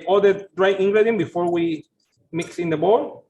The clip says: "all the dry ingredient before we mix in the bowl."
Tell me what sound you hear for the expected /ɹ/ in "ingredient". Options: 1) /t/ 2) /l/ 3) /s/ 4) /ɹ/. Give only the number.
2